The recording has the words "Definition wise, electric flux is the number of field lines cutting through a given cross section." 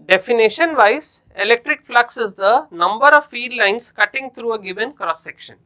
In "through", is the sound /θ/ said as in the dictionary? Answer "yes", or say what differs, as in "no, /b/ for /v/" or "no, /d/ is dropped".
no, /t/ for /θ/